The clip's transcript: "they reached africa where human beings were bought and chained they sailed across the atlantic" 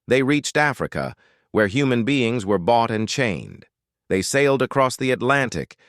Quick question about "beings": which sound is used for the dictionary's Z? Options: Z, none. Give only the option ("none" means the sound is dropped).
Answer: Z